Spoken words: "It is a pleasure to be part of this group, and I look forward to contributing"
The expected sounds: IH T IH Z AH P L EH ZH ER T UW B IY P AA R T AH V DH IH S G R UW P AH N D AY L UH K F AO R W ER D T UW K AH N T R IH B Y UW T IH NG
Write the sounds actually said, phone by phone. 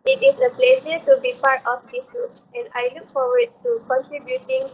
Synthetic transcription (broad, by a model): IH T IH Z AH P L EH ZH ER T UW B IY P AA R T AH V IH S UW AH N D AY L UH K F AO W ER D T UW K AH N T R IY B Y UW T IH NG